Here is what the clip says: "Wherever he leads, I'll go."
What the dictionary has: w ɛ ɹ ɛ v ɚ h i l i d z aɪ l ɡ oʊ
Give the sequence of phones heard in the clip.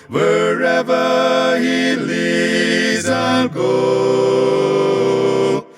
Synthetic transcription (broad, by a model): w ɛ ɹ ɛ v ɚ h i l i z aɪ n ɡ oʊ